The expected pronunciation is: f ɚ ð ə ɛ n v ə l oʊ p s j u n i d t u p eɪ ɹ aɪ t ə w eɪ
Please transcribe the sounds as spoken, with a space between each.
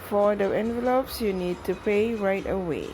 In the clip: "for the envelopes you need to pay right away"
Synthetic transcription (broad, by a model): f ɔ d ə ɛ n v ə l oʊ p s j u n i d t u p eɪ ɹ aɪ t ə w eɪ